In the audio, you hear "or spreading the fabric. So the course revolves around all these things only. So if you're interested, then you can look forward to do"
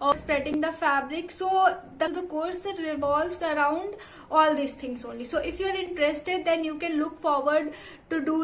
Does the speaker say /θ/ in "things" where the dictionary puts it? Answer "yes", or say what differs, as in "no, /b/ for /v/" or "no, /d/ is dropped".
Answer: no, /t/ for /θ/